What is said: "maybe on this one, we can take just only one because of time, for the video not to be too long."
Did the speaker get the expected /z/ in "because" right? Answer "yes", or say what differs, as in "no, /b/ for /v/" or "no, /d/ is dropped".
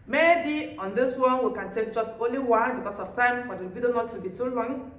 no, /s/ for /z/